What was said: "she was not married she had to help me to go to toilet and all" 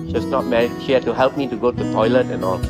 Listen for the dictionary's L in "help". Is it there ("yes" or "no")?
yes